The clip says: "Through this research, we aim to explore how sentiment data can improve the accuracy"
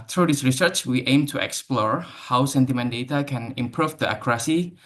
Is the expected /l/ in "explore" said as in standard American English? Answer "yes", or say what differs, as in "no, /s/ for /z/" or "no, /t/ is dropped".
yes